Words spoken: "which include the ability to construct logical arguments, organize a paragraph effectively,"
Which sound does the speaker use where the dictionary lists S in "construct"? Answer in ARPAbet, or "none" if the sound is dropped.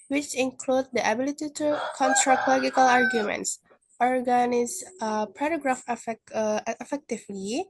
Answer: none